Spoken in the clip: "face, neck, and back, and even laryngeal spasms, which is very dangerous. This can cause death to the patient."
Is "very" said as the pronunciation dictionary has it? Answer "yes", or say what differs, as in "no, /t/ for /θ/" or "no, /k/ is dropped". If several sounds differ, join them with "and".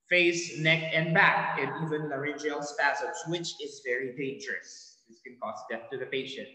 yes